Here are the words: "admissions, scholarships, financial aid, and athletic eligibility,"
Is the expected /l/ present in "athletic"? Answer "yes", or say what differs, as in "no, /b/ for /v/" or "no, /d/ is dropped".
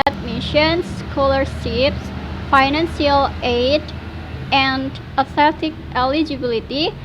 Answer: no, /l/ is dropped